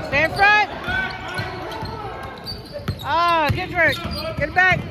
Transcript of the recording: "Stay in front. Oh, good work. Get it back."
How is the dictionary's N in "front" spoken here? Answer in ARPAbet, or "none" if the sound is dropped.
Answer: none